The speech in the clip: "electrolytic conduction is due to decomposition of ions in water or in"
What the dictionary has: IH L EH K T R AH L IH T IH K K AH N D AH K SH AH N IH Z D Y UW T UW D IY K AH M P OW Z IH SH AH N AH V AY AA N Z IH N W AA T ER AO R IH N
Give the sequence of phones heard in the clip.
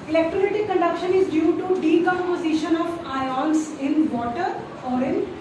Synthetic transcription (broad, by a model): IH L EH K T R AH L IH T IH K K AH N D AH K SH AH N IH Z D Y UW T UW D IY K AH M P OW Z IH SH AH N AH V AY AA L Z IH N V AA T ER AO R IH N